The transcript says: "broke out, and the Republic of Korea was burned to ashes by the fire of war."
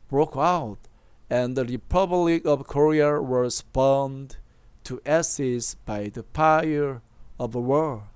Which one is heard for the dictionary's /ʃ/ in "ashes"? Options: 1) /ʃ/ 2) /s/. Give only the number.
2